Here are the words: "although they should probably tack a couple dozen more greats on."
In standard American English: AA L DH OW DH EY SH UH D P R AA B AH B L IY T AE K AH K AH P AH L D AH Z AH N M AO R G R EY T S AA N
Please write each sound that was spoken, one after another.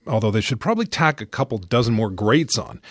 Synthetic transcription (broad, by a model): AA L DH OW DH EY SH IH D P R AA B AH B L IY T AE K AH K AH P L D AH Z AH N M AO R G R EY T S N